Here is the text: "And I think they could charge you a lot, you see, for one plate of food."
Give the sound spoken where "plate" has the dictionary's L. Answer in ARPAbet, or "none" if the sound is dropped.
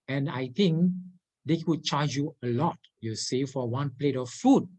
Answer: L